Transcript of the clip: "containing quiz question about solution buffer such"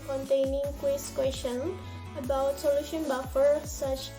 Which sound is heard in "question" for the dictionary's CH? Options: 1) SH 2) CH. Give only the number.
1